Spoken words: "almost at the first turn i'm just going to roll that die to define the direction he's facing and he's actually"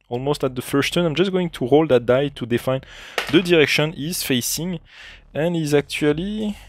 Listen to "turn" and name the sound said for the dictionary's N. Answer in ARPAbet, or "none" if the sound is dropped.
none